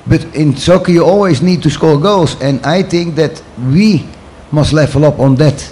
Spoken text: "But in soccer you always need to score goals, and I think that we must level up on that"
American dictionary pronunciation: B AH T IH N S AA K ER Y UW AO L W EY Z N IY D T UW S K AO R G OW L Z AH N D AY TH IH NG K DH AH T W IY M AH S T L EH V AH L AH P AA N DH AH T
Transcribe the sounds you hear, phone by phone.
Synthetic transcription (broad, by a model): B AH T IH N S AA K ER Y UW AO L W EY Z N IY D T UW S K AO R G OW L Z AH N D AY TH IH NG K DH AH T W IY M AH S T L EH F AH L AH P AA N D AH T